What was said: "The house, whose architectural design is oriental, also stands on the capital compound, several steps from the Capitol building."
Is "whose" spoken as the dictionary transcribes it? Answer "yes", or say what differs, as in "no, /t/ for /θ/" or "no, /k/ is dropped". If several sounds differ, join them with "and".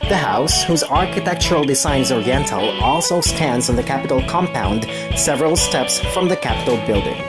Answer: yes